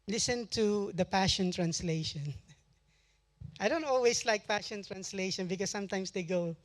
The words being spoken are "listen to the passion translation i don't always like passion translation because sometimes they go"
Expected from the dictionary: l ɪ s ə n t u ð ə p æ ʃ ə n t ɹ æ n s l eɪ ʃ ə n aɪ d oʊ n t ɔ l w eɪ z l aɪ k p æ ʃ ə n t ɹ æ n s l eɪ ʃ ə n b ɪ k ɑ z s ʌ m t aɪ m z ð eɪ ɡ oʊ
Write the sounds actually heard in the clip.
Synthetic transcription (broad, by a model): l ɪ s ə n t u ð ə p æ ʃ ə n t ɹ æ n s l eɪ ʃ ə n aɪ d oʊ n t ɔ l w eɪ s l aɪ k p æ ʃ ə n t ɹ æ n s l eɪ ʃ ə n b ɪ k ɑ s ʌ m t aɪ m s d eɪ ɡ oʊ